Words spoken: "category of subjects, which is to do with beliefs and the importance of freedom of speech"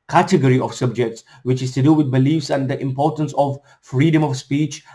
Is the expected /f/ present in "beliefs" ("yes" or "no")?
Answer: yes